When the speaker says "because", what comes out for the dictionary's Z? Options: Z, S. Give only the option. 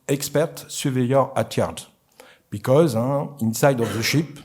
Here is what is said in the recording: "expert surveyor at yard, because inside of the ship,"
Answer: Z